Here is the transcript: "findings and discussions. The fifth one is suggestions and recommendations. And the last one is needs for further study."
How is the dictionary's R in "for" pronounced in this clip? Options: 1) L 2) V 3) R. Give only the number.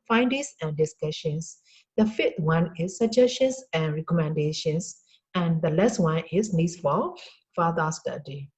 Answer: 1